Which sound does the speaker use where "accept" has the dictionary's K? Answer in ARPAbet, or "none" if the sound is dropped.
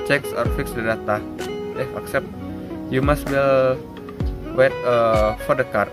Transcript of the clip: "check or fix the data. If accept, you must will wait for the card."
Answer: K